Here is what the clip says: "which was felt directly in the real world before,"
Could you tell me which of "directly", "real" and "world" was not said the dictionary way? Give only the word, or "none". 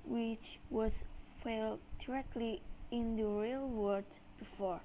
world